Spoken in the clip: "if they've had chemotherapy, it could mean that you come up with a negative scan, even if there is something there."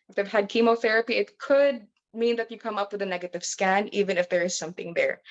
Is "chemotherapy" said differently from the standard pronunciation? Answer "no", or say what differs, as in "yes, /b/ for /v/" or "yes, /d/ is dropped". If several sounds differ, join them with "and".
no